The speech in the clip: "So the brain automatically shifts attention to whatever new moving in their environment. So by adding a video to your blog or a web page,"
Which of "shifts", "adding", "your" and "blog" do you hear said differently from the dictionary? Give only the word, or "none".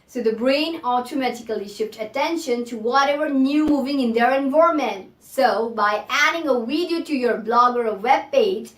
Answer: shifts